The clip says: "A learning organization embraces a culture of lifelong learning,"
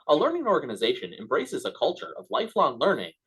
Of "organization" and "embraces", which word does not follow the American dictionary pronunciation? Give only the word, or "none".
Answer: none